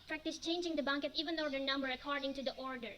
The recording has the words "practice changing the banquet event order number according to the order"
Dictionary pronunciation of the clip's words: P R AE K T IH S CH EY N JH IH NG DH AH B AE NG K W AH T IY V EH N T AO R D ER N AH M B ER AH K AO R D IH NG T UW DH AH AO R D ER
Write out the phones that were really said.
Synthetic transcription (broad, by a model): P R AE K T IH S CH EY N JH IH NG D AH B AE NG K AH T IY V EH N AO R D ER N AH M B ER AH K AO R D IH NG T UW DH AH AO R D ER